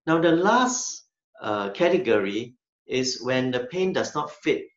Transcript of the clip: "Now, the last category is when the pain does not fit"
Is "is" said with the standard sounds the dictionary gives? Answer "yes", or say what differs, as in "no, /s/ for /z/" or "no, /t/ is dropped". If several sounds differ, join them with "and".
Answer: no, /s/ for /z/